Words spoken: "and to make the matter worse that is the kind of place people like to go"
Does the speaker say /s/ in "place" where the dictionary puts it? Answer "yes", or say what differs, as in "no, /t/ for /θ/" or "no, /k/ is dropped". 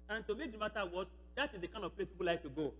no, /s/ is dropped